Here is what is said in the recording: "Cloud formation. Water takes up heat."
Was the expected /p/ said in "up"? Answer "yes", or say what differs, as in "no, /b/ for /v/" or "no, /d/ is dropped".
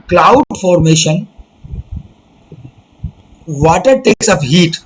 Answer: no, /f/ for /p/